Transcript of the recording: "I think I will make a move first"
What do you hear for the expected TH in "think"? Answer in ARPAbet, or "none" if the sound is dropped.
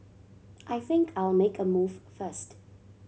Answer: TH